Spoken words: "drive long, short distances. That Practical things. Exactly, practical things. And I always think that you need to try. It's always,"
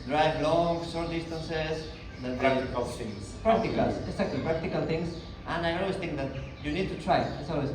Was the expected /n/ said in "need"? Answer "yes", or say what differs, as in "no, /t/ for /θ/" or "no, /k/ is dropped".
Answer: yes